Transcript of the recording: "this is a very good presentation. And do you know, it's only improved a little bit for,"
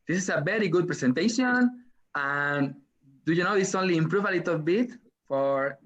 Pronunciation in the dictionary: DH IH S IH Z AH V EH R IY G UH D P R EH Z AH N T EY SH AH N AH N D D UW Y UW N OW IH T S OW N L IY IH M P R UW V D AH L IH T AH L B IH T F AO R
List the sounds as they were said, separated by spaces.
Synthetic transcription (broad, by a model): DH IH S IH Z AH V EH R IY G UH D P R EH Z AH N T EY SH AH N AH N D D UW Y UW N OW IH T S OW N L IY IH M P R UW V AH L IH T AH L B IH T F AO R